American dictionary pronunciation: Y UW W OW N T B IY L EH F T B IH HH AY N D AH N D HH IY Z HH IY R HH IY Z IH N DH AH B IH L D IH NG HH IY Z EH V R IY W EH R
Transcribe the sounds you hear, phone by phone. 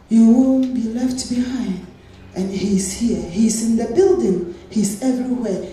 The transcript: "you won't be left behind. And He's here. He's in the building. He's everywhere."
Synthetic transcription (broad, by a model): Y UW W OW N B IY L EH F T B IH HH AY N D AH N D HH IY Z HH IY R HH IY Z IH N DH AH B IH L D IH NG HH IY Z EH V R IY W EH